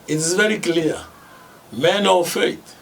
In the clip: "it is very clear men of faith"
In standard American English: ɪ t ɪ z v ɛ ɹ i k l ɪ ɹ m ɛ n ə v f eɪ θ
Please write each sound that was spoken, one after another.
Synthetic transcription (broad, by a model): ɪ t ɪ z v ɛ ɹ i k l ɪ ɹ m ɛ n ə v f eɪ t